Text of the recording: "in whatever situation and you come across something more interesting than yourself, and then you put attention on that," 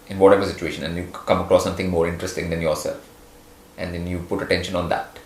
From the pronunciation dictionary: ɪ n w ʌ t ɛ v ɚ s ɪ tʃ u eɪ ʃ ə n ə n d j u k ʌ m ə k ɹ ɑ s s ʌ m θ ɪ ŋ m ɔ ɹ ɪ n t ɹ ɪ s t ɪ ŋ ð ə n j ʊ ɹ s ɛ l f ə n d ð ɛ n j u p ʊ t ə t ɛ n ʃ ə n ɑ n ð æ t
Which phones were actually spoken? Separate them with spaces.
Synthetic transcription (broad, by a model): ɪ n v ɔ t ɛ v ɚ s ɪ tʃ u eɪ ʃ ə n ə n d j u k ʌ m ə k ɹ ɑ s s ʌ m t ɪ ŋ m ɔ ɹ ɪ n t ɹ ɪ s t ɪ ŋ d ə n j ʊ ɹ s ɛ l f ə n d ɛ n j u p ʊ t ə t ɛ n ʃ ə n ɑ n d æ t